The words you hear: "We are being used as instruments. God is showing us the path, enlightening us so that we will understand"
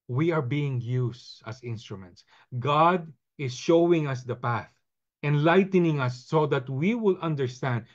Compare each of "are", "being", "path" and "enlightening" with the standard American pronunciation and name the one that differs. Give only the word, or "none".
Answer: none